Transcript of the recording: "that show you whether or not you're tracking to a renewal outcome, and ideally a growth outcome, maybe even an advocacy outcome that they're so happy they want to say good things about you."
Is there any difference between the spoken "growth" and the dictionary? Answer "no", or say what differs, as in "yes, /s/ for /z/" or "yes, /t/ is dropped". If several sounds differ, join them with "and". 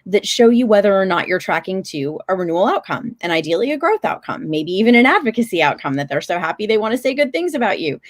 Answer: no